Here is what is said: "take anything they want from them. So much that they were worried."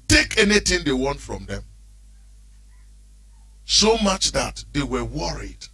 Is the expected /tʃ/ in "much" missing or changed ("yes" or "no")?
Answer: no